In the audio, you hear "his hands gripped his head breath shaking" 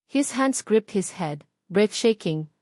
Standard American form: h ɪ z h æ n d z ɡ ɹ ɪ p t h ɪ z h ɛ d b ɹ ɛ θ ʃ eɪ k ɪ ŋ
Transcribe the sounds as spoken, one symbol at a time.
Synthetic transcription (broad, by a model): h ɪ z h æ n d s ɡ ɹ ɪ p t h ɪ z h ɛ d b ɹ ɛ f ʃ eɪ k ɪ ŋ